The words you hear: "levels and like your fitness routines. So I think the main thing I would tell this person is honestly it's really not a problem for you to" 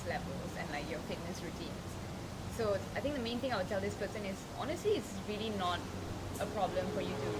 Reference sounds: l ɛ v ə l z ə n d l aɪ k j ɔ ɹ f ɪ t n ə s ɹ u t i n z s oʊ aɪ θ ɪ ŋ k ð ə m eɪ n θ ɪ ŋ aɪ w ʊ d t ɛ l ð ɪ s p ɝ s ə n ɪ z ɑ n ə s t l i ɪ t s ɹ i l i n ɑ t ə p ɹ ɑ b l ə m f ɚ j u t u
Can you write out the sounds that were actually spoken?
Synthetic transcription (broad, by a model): l ɛ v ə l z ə n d l aɪ k j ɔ f ɪ t n ə s ɹ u t i n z s oʊ aɪ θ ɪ ŋ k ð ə m eɪ n t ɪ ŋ aɪ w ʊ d t ɛ l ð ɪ s p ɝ s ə n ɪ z ɑ n ə s t l i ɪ t s ɹ i l i n ɑ t ə p ɹ ɑ b l ə m f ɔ j u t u